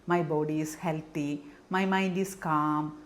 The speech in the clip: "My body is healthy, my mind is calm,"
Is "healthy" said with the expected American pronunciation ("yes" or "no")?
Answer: no